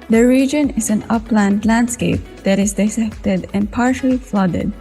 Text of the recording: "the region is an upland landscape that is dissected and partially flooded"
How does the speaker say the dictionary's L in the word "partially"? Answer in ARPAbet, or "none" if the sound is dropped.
L